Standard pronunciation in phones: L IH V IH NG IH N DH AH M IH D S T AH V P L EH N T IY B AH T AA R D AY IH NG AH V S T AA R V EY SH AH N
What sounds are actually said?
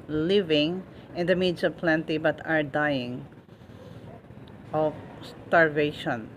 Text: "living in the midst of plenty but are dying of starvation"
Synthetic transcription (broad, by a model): L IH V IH NG IH N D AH M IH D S AH V P L EH N T IY B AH T AA R D AY IH NG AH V S T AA R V EY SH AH N